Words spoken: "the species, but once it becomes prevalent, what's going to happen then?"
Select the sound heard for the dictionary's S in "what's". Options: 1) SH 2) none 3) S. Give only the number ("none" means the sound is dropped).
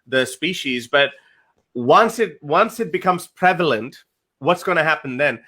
3